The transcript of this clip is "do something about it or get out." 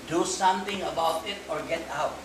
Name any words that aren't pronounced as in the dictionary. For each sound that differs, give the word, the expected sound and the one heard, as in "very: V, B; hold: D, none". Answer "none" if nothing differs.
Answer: something: TH, T